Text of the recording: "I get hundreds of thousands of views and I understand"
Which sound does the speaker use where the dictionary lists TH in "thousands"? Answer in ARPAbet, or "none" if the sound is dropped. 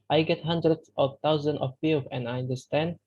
T